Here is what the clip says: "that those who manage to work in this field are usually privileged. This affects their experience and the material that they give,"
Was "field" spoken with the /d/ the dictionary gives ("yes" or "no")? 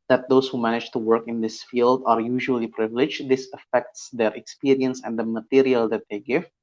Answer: yes